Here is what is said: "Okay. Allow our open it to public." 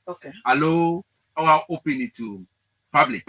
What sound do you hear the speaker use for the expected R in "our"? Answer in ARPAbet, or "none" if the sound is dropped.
W